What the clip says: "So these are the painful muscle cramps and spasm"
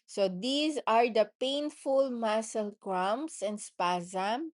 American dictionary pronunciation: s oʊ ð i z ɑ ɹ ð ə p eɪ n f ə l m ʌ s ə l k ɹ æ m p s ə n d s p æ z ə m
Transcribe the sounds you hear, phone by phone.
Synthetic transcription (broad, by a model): s oʊ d i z ɑ ɹ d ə p eɪ n f ə l m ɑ s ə l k ɹ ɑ m s ə n d s p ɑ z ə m